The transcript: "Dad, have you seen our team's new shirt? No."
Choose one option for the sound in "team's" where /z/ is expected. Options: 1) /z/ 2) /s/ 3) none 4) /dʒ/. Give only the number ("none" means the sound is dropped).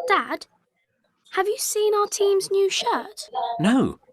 1